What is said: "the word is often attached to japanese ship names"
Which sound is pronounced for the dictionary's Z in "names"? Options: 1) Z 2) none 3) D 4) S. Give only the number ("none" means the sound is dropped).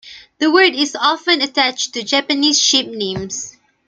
4